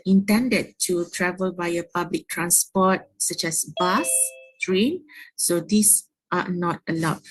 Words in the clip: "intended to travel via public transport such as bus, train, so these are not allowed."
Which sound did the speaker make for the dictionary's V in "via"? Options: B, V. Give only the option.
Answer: B